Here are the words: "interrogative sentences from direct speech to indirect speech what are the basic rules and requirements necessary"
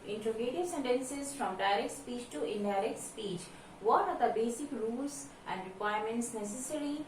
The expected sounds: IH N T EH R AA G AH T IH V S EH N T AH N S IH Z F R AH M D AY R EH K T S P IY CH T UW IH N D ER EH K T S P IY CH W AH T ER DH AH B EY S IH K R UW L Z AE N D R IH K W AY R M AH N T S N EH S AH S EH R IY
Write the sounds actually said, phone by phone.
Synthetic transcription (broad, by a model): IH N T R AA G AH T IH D S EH N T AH N S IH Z F R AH M D AY R EH K T S P IY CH T UW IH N D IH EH K T S P IY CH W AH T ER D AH B EY S IH K R UW L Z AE N D R IH K W AY R M AH N T S N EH S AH S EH R IY